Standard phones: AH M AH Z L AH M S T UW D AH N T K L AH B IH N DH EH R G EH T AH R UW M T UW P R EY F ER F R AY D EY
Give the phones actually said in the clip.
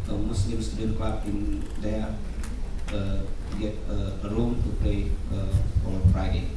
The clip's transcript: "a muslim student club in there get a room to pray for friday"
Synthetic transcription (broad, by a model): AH M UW S L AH M S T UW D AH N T K L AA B IH N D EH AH G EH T AH R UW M T UW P L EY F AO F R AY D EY